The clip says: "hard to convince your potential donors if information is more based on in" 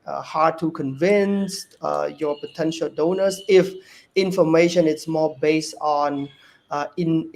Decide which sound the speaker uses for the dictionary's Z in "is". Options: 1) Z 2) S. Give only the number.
2